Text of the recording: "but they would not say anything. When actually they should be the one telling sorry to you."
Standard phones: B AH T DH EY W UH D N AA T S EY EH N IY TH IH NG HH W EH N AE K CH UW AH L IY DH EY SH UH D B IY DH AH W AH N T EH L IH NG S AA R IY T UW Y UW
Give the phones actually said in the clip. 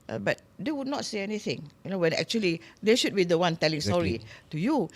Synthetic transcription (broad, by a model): B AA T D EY W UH D N AA T S EY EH N IY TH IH NG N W EH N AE K CH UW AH L IY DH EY SH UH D B IY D AH W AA N T EH L IH NG S AA R IY T UW Y UW